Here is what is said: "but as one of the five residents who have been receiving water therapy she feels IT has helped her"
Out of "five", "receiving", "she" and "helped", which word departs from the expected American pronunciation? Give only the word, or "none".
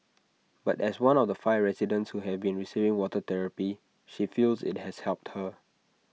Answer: none